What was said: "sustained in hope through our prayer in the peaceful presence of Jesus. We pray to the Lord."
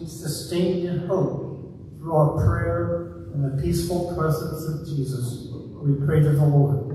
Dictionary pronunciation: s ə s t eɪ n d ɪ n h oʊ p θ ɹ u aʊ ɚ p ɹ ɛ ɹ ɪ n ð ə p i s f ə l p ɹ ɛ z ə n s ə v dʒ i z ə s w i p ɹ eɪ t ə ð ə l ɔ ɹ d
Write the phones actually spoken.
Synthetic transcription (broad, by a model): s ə s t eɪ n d ɪ n h oʊ p θ ɹ u aʊ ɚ p ɹ ɛ ɹ ɪ n ð ə p i s f ə l p ɹ ɛ z ə n s ə v dʒ i z ə s w i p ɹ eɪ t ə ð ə l ɔ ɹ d